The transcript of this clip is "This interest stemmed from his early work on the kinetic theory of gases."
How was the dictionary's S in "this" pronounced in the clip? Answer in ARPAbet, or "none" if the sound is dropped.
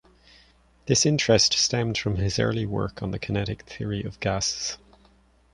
S